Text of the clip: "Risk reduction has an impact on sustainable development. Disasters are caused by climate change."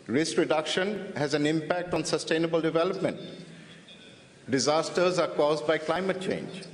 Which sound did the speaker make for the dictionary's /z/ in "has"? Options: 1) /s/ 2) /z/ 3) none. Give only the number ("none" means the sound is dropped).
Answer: 2